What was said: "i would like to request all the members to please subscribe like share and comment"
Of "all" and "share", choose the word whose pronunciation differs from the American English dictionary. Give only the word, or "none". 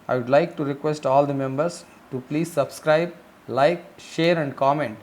none